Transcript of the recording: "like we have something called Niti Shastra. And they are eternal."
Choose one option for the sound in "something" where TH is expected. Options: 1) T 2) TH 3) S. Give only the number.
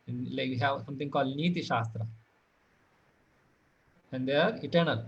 1